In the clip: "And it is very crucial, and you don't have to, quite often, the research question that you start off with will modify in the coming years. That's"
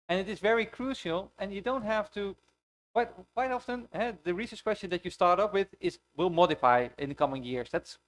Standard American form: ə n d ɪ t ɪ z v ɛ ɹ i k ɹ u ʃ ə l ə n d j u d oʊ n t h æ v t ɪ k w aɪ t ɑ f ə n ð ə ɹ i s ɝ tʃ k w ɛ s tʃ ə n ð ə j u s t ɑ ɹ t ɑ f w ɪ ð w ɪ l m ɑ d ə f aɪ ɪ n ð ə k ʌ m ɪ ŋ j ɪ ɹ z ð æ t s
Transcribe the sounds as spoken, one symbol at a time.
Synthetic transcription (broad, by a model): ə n ɪ t ɪ z v ɛ ɹ i k ɹ u ʃ ə l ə n j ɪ d oʊ n t h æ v t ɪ k w aɪ t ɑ f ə n ð ə ɹ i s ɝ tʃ k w ɛ s tʃ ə n ð ə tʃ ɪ s t ɑ ɹ t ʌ p w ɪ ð w ɪ l m ɑ d ə f aɪ ɪ n ð ə k ʌ m ɪ ŋ j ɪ ɹ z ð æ t s